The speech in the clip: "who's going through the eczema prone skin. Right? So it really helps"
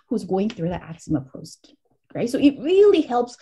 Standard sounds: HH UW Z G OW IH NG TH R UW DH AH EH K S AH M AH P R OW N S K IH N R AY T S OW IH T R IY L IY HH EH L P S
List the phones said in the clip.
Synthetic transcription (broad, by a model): HH UW Z G OW IH NG TH R UW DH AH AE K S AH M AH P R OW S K R AY T S OW IH T R IY L IY HH EH L P S